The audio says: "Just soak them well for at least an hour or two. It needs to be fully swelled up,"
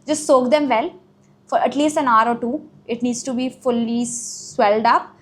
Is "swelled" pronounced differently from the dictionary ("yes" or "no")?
no